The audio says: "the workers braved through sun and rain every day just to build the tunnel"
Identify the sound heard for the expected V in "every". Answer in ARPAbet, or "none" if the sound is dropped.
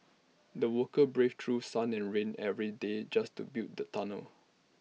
V